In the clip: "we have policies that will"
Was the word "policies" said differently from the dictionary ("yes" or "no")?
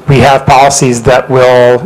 no